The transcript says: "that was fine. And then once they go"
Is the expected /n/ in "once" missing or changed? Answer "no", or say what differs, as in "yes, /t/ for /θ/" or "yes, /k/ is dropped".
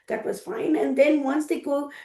no